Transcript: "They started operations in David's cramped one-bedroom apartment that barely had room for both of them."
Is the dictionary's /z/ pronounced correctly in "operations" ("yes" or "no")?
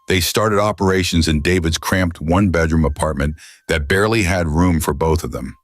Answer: yes